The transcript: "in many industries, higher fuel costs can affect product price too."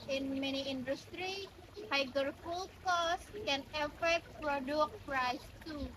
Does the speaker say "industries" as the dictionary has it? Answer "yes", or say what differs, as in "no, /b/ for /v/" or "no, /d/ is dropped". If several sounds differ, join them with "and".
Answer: no, /z/ is dropped